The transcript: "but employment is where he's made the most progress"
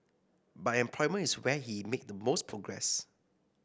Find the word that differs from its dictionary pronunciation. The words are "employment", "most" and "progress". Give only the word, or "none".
employment